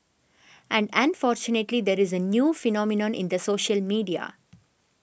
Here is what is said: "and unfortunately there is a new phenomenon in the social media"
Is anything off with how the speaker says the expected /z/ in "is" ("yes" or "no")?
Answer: no